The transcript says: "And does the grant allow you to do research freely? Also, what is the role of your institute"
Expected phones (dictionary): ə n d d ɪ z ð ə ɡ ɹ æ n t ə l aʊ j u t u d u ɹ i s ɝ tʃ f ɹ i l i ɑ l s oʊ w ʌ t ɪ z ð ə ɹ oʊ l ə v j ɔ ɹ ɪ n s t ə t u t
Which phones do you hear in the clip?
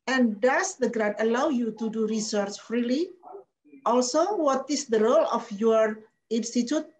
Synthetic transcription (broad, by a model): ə n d d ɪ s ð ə ɡ ɹ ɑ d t ə l aʊ j u t u d u ɹ i s ɝ tʃ f ɹ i l i ɑ l s oʊ w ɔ t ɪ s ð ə ɹ oʊ l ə f j ɔ ɹ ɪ n s t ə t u t